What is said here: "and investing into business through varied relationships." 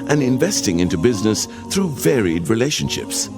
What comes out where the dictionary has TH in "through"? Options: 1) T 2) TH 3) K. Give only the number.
2